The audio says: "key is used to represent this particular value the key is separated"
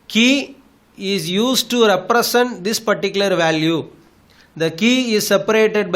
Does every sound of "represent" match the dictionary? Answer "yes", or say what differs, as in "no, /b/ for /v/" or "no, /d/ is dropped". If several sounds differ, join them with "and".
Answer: no, /s/ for /z/